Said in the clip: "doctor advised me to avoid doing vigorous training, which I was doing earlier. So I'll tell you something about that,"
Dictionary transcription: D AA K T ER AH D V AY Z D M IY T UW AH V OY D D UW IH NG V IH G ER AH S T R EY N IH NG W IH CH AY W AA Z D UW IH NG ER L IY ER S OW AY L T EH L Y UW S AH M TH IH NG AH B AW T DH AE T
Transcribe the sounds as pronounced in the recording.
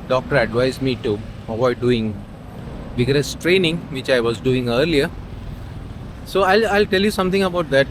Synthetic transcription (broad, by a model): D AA K T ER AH D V AY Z M IY T UW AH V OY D D UW IH NG B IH G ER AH S T R EY N IH NG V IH CH AY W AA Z D UW IH NG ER L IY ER S OW AY L T EH L Y UW S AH M T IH NG AH B AW T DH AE T